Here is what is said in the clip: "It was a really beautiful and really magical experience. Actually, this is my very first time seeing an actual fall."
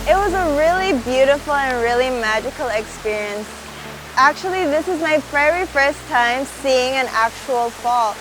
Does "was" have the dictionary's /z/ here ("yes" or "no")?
yes